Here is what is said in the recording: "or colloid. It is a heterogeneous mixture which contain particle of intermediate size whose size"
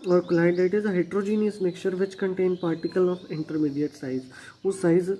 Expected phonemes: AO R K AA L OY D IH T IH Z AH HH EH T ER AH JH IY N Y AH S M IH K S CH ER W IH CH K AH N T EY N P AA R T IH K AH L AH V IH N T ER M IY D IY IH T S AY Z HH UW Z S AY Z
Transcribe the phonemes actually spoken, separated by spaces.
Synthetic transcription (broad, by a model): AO R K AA N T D IH T IH Z AH HH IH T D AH JH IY N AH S M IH K CH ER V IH CH K AH N T EY N P AA R T IH K AH L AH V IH N T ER M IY D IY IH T S AY Z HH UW S AY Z